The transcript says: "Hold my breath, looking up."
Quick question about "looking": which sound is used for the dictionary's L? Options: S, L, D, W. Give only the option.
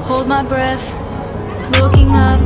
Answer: W